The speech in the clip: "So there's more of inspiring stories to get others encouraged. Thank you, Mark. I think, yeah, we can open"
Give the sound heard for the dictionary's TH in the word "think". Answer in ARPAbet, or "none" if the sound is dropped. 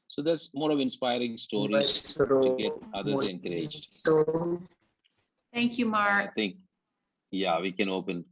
T